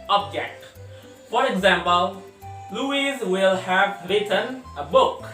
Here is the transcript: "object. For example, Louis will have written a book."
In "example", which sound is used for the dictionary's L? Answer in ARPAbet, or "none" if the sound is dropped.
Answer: L